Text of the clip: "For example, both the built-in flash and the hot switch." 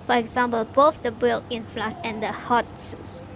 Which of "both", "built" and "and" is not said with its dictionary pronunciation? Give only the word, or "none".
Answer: built